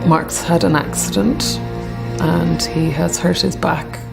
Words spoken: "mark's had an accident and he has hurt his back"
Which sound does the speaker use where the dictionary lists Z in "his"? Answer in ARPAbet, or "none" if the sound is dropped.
Z